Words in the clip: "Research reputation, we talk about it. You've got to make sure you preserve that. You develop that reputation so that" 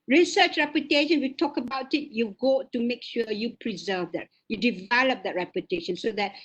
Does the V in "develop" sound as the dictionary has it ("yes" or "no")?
yes